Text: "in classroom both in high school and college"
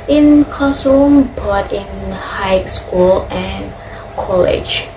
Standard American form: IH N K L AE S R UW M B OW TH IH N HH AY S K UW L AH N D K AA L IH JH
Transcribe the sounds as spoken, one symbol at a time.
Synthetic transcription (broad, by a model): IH N K AO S UW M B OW T IH N HH AY S K UW L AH N K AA L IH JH